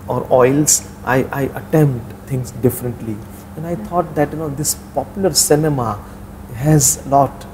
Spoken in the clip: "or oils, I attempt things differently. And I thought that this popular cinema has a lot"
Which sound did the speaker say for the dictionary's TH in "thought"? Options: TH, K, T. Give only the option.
T